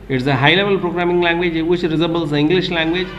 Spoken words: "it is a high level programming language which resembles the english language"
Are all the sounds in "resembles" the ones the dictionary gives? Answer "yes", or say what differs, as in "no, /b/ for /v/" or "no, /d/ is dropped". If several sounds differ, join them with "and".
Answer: no, /m/ is dropped